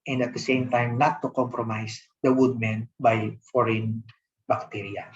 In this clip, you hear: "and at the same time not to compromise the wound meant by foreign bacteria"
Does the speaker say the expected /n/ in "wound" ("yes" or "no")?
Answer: no